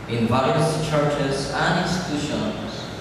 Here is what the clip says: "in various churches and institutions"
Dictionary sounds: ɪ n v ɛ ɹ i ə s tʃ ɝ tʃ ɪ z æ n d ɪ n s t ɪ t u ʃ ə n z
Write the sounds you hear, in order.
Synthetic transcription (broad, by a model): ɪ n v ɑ i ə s tʃ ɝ tʃ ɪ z æ n d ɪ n s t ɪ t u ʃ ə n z